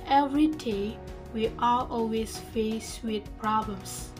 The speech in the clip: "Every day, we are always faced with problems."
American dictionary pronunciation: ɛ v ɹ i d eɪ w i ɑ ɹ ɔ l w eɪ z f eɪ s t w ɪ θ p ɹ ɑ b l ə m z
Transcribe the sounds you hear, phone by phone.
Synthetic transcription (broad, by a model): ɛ v ɹ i d eɪ w i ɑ l ɔ l w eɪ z f eɪ s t w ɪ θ p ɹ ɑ b l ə m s